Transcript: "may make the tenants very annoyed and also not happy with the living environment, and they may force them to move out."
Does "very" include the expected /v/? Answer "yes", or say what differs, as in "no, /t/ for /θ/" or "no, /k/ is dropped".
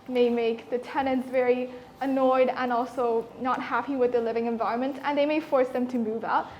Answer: yes